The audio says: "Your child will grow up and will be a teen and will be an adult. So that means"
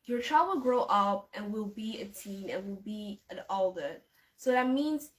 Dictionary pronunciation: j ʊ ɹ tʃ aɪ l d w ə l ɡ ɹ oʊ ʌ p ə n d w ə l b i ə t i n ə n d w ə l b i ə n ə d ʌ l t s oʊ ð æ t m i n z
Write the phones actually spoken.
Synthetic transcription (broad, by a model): j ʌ ɹ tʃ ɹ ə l ɡ ɹ oʊ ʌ p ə n w ə l b i ə t i n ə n w ə l b i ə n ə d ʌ t s oʊ ð æ t m i n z